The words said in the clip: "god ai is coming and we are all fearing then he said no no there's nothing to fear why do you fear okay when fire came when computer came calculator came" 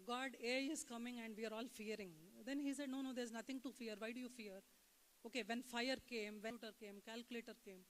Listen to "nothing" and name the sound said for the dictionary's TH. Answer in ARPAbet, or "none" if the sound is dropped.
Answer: T